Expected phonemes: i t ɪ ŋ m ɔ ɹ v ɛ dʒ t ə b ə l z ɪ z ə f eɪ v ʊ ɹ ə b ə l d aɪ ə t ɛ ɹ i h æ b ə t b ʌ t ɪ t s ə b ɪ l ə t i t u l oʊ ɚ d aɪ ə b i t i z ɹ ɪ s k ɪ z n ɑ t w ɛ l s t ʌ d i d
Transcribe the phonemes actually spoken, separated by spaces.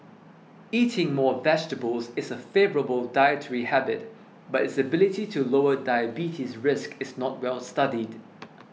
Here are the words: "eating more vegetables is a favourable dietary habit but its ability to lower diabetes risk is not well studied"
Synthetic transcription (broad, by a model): i t ɪ ŋ m ɔ v ɛ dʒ t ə b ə l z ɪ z ə f eɪ v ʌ ɹ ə b ə l d aɪ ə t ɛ ɹ i h æ b ə t b ʌ t ɪ t s ə b ɪ l ə t i t u l oʊ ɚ d aɪ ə b i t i s ɹ ɪ s k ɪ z n ɑ t w ɛ l s t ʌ d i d